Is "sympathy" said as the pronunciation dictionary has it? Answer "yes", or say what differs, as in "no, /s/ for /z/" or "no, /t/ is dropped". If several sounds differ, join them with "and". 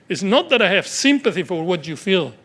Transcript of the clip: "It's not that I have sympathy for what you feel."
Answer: yes